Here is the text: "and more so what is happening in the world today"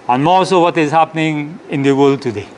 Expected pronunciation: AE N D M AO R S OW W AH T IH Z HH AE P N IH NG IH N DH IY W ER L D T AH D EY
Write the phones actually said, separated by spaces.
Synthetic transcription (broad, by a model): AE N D M AO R S OW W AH T IH Z HH AE P N IH NG IH N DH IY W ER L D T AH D EY